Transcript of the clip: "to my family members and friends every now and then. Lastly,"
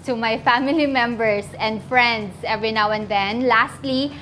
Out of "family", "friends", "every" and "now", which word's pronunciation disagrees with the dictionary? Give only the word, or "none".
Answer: friends